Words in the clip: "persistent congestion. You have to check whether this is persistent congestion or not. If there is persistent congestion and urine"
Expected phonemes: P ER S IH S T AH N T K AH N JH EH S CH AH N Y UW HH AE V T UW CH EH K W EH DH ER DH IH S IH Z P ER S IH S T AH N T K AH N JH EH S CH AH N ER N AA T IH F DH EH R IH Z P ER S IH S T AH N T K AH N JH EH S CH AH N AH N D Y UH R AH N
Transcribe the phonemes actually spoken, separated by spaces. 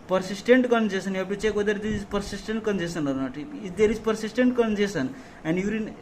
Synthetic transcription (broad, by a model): P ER S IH S T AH N T K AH N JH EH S AH N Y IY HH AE P T UW CH EH K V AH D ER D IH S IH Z P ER S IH S T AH N T K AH N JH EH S AH N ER N AA T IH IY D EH R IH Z P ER S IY S T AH N T K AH N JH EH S AH N AH N D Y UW R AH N